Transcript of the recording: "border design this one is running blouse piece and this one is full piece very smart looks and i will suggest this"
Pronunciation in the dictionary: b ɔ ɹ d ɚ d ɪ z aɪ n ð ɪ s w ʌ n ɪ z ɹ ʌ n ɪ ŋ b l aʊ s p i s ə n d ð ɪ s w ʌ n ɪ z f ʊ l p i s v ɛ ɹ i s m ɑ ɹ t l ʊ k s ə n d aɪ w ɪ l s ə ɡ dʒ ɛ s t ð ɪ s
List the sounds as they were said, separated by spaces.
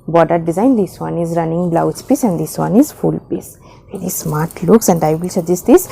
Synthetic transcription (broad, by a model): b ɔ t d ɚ d ɪ z aɪ n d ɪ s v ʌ n ɪ z ɹ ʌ n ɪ ŋ b l aʊ s p i s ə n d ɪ s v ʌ n ɪ z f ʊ l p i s v ɛ ɹ i s m ɑ ɹ t l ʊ k s ə n d aɪ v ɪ l s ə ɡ dʒ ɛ s t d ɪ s